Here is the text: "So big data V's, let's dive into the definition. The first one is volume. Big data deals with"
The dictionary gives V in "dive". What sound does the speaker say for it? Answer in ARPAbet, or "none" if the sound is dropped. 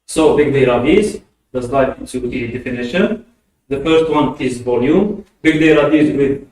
none